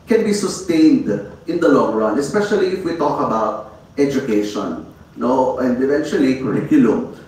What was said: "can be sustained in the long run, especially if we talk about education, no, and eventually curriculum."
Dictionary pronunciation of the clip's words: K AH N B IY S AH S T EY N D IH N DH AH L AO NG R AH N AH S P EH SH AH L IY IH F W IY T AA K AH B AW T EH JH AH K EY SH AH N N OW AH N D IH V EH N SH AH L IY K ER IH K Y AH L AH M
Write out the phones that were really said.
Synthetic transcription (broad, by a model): K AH N B IY S AH S T EY N D IH N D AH L AO NG R AH N AH S P EH SH AH L IY IH F W IY T AA K AH B AW T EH JH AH K EY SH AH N N OW AH N D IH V EH N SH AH L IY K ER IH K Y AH L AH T